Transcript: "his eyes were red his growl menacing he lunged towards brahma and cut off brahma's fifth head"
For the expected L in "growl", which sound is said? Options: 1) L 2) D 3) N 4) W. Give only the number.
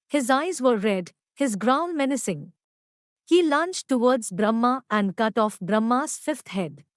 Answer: 3